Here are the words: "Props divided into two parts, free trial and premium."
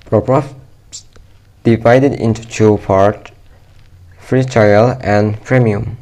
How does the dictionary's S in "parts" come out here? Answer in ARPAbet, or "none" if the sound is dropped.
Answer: none